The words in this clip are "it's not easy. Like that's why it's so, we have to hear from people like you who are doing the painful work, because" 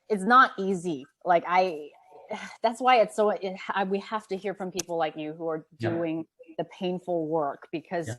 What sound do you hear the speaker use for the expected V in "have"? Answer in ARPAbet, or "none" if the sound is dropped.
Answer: F